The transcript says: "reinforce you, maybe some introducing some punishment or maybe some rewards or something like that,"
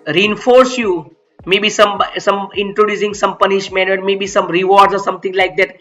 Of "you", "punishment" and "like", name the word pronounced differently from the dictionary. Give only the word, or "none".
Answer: punishment